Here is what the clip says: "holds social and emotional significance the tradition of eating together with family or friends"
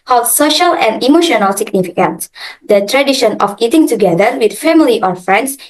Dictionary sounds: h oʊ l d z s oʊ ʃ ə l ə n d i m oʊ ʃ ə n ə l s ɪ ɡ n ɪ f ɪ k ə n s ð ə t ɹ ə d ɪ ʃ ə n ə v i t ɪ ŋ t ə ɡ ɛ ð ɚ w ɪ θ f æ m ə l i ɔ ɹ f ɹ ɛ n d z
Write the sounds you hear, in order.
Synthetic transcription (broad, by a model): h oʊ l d s oʊ ʃ ə l ə n d i m oʊ ʃ ə n ə l s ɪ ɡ n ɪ f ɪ k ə n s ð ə t ɹ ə d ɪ ʃ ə n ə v i t ɪ ŋ t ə ɡ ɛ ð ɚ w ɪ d f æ m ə l i ɔ ɹ f ɹ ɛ n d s